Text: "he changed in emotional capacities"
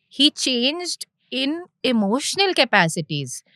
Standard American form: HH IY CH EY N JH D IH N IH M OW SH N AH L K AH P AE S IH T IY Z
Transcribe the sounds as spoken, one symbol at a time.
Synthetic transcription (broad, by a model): HH IY CH EY N JH D IH N IH M OW SH N AH L K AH P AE S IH T IY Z